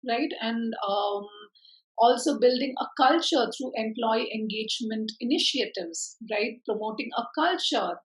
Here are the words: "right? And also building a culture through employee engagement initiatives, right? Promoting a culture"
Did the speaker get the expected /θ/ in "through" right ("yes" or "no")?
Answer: no